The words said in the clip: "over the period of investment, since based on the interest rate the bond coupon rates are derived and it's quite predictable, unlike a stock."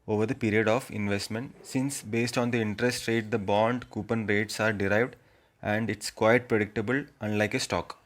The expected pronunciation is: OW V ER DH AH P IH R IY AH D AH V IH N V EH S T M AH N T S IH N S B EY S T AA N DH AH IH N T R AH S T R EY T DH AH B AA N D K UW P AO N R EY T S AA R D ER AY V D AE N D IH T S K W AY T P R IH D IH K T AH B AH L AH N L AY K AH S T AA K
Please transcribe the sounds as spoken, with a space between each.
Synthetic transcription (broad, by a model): OW V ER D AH P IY R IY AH D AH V IH N V EH S T M AH N T S IH N S B EY S T AA N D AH IH N T R AH S T R EY T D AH B AA N D K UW P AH N R EY T S AA R D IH AY V D AE N D IH T S K W AY T P R IH D IH K T AH B AH L AH N L AY K AH S T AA K